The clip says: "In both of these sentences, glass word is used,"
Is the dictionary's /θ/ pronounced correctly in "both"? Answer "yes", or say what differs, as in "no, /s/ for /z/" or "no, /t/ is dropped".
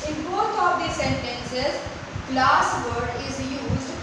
no, /t/ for /θ/